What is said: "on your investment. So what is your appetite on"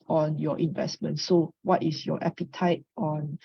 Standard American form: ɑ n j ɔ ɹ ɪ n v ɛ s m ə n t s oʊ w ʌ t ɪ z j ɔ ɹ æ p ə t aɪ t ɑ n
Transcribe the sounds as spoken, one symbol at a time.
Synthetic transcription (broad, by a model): ɑ n j ɔ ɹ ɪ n v ɛ s m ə n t s oʊ w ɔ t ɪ s j ɔ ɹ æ p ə t aɪ t ɑ n